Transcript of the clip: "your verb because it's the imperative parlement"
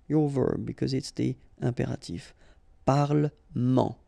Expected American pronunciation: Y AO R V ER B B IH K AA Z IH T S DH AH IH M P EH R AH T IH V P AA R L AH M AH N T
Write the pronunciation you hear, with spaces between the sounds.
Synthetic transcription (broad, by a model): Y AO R V ER B B IH K AA Z IH T S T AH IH P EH R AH T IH F P AA R L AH M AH